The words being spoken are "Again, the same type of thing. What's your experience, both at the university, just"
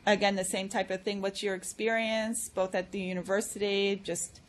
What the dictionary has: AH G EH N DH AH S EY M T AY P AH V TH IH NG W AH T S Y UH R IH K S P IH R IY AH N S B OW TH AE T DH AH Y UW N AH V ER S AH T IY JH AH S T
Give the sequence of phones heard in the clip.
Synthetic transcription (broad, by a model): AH G EH N DH AH S EY M T AY P AH V TH IH NG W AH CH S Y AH R IH K S P IH R IY AH N S B OW TH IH T DH AH Y UW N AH V ER S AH T IY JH AH S T